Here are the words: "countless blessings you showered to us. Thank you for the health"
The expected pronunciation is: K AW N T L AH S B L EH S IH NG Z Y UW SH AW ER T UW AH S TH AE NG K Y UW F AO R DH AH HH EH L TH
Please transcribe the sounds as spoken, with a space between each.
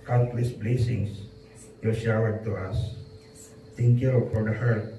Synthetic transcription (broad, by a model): K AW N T L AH S B L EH S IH NG S Y UW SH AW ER T UW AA S T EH NG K Y UW F AO R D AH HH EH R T